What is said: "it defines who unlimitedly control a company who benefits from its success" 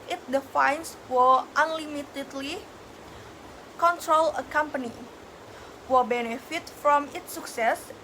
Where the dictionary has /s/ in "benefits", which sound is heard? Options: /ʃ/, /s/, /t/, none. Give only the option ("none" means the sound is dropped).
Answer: none